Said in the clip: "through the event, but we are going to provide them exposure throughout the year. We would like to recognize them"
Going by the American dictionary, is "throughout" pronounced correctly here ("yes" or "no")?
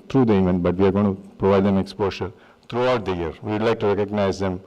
no